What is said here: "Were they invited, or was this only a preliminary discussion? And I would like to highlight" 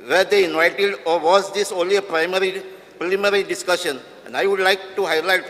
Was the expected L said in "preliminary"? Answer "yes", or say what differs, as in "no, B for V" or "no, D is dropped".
no, L is dropped